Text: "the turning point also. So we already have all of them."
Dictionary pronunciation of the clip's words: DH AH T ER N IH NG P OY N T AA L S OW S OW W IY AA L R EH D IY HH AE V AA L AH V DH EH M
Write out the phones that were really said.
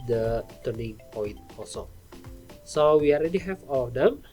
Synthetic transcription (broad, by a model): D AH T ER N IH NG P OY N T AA S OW S OW W IY AA L R EH D IY HH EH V AA L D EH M